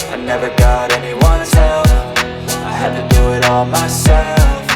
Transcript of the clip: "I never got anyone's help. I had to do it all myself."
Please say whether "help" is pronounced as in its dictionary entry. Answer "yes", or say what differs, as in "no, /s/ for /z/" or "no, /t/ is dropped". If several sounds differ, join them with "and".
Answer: no, /f/ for /p/